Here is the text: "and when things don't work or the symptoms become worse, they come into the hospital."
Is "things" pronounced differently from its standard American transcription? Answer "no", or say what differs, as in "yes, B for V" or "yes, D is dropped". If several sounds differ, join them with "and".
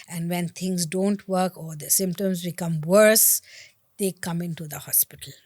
yes, T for TH